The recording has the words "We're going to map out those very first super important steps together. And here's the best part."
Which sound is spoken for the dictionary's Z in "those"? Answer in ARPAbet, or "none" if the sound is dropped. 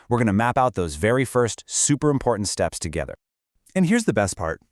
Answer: Z